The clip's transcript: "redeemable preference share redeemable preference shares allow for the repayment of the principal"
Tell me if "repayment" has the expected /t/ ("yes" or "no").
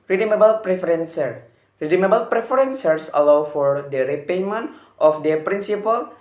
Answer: yes